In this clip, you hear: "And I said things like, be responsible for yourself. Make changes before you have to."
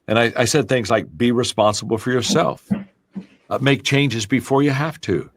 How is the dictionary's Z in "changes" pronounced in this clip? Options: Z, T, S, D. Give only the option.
Z